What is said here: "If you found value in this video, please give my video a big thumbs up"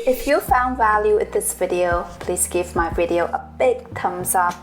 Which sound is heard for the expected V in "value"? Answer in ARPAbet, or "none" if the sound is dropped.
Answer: V